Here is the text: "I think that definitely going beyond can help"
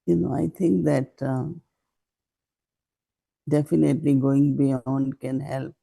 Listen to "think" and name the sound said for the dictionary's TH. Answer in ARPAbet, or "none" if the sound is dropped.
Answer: T